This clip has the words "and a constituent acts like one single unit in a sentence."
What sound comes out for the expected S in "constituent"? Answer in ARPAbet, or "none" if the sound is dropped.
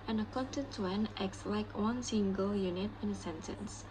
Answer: none